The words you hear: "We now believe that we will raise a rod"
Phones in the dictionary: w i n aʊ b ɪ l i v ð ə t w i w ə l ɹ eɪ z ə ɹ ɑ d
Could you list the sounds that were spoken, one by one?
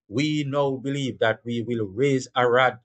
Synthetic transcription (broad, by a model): w i n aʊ b ɪ l i v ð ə t w i w ə l ɹ eɪ z ə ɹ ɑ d